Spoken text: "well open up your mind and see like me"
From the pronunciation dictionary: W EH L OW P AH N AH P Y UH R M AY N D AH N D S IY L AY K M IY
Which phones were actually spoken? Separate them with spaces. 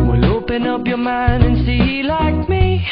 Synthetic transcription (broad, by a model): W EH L OW P AH N AH P Y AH R M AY N AH N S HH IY L AY K M IY